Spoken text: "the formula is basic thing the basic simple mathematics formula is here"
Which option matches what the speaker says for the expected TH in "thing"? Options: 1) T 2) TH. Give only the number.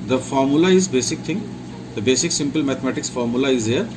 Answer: 1